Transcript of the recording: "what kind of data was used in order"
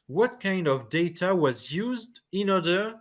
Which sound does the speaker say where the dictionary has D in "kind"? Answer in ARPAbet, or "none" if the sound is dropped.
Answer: D